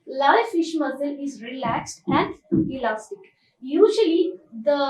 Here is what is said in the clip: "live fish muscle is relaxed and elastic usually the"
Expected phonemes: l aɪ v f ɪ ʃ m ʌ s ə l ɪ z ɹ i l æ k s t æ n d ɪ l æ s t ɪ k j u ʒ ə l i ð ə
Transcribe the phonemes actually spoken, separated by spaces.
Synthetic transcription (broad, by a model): l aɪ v f ɪ ʃ m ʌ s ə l ɪ z ɹ i l æ k s t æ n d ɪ l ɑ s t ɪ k j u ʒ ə l i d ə